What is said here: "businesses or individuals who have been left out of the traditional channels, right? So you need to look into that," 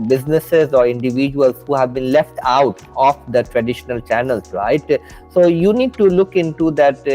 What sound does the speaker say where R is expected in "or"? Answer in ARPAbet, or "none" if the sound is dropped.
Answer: R